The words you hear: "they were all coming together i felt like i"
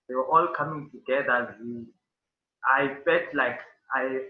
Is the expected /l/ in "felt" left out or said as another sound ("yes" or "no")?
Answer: yes